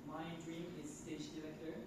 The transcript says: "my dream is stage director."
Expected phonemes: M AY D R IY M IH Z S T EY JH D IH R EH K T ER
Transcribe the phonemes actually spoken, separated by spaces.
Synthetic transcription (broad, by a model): M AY D R IY M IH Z S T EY SH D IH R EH K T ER